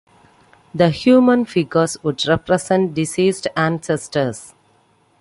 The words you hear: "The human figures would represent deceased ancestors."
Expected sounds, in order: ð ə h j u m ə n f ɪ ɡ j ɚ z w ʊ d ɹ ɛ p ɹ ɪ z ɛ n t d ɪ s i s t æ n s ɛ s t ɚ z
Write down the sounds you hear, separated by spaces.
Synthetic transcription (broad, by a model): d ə h j u m ə n f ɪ ɡ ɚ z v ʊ d ɹ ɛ p ɹ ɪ s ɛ n t d ɪ s i s t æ n s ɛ s t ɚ s